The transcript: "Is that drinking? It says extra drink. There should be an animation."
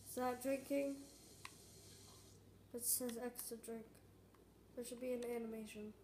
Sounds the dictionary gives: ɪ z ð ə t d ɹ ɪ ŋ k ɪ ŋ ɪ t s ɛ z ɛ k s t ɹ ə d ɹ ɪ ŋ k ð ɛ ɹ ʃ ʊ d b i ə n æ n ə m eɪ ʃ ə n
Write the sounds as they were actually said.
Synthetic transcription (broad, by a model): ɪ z ð ə t d ɹ ɪ ŋ k ɪ ŋ ɪ t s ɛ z ɛ k s t ɹ ə d ɹ ɪ ŋ k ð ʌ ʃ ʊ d b i ə n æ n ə m eɪ ʃ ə n